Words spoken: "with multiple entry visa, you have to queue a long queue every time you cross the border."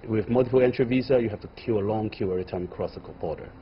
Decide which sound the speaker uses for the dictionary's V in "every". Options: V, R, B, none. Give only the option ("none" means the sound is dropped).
none